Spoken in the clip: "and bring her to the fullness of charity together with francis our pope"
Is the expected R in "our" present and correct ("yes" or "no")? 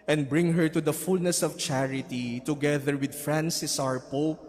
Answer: yes